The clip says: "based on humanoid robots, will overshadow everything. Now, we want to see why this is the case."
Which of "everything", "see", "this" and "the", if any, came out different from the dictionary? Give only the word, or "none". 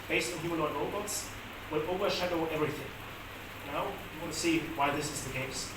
none